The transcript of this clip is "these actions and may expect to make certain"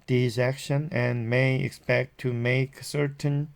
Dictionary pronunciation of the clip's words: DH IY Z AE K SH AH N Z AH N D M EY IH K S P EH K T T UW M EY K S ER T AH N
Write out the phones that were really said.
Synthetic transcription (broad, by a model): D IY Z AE K SH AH N AH N M EY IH K S P EH K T T UW M EY K S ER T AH N